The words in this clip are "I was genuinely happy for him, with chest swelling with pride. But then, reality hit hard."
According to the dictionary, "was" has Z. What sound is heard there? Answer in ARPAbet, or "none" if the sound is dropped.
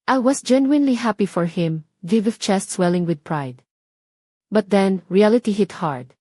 S